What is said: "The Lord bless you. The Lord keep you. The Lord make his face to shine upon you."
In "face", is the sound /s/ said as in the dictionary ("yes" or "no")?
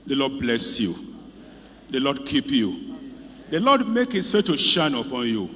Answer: no